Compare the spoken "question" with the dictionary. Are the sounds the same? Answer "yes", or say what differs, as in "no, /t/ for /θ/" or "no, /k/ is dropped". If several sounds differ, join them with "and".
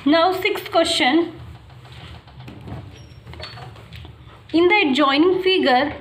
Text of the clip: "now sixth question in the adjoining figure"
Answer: no, /ʃ/ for /tʃ/